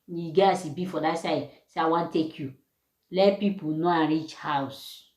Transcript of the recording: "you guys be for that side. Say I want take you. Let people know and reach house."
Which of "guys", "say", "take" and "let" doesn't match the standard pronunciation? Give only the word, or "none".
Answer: guys